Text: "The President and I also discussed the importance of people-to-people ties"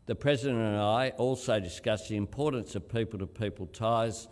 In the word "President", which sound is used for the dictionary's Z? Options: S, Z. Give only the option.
Z